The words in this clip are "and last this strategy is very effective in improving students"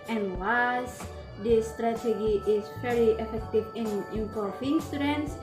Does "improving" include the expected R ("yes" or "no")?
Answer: no